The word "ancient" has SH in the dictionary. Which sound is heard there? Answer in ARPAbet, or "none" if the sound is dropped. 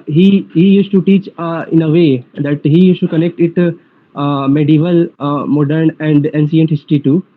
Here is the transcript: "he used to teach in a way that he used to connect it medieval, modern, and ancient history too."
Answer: S